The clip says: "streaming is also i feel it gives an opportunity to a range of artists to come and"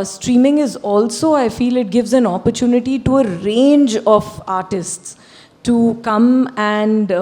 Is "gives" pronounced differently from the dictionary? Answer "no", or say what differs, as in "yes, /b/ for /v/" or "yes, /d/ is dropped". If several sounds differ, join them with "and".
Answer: no